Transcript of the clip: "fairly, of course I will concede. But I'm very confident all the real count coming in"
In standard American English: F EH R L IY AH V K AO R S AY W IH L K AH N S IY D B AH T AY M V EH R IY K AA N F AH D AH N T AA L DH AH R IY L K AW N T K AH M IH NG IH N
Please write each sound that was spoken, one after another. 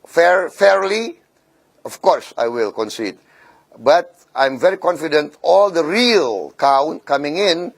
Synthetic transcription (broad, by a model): F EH R L IY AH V K AO R S AY W IH L K AH N S IY D B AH T AY M V EH R IY K AA N F AH D AH N T AA L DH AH R IY L K AW N T K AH M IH NG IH N